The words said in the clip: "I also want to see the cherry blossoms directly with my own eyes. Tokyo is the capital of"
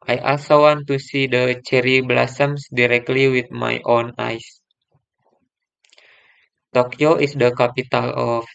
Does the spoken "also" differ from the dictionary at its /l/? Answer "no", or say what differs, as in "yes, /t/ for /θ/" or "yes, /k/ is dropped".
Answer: yes, /l/ is dropped